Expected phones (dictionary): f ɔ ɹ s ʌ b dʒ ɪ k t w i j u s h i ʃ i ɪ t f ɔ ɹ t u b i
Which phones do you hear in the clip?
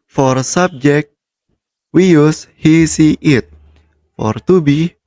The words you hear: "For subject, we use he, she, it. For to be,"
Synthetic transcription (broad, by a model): f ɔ ɹ s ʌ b dʒ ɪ k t w i j u s h i s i ɪ t f ɔ ɹ t u b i